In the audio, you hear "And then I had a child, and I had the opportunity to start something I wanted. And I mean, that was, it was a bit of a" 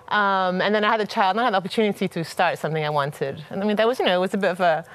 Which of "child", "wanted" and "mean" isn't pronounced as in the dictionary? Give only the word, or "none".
none